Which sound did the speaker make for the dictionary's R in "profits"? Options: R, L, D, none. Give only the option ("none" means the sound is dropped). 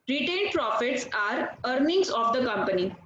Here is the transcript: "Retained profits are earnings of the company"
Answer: R